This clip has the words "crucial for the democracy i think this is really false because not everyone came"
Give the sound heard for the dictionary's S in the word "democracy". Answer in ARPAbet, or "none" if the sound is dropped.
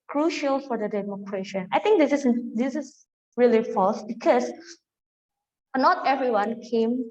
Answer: SH